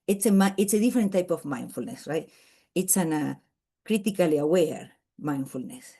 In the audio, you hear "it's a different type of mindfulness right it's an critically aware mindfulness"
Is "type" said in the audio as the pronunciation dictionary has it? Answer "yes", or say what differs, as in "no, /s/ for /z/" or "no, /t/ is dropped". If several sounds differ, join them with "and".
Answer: yes